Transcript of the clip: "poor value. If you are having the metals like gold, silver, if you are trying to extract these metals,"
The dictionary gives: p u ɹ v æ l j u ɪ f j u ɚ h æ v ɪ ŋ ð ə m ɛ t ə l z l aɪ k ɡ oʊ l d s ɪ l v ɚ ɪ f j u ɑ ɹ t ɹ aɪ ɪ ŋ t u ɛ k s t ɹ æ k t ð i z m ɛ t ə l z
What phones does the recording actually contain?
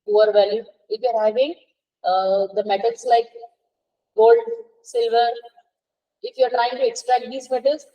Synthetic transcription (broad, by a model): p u ɹ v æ l j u ɪ f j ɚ h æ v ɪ ŋ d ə m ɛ t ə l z l aɪ k ɡ oʊ l d s ɪ l v ɚ ɪ f j u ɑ ɹ t ɹ aɪ ɪ ŋ t u ɛ k s t ɹ æ k t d i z m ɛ t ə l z